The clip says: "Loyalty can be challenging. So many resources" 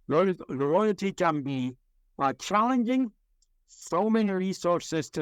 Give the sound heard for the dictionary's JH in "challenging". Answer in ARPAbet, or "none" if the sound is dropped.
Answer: JH